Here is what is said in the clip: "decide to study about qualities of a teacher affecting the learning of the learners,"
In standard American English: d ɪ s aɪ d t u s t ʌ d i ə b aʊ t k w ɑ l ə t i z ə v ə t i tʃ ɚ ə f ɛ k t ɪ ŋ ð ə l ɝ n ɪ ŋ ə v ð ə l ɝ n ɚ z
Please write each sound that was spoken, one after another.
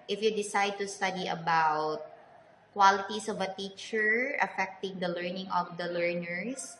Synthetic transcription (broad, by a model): d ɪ s aɪ d t u s t ʌ d i ə b aʊ t k w ɑ l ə t i s ə v ə t i tʃ ɚ ə f ɛ k t ɪ ŋ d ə l ɝ n ɪ ŋ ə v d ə l ɝ n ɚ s